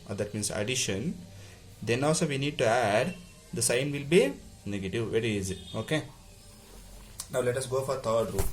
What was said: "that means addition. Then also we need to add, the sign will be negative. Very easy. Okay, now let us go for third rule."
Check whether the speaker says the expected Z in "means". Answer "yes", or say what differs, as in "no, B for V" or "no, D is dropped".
no, S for Z